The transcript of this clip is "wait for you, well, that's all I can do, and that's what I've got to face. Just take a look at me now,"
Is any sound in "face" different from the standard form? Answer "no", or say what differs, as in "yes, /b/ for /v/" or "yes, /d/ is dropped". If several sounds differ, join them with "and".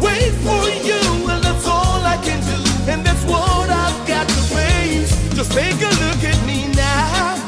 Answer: yes, /s/ is dropped